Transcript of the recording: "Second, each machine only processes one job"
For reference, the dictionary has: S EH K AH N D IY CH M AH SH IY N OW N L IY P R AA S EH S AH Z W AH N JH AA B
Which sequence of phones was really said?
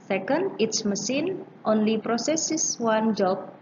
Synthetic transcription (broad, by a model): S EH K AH N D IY S M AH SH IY N OW N L IY P R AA S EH S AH S W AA N JH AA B